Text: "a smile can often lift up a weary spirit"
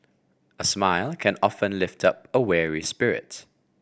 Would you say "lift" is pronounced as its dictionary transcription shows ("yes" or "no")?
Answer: yes